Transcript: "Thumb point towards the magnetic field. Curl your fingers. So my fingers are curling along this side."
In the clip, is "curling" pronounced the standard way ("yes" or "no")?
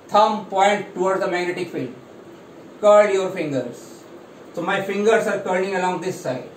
no